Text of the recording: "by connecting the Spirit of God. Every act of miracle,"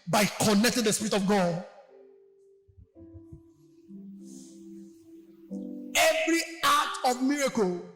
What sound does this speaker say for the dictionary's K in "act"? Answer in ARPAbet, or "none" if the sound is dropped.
none